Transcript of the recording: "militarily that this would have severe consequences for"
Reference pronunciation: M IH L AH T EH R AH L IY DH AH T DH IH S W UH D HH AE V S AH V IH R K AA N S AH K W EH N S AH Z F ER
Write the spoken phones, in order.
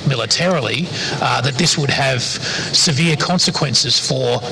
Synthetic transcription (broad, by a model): M IH L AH T EH R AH L IY DH AH T DH IH S W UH D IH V S AH V IH R K AA N S AH K W EH N S AH Z F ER